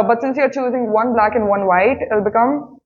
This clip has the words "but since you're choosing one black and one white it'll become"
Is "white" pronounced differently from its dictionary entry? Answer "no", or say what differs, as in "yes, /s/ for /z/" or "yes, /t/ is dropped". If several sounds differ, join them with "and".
yes, /t/ is dropped